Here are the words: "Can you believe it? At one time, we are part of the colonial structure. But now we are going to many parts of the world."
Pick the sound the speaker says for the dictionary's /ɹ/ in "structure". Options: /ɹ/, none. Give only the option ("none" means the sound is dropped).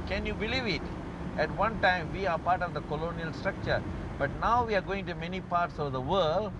/ɹ/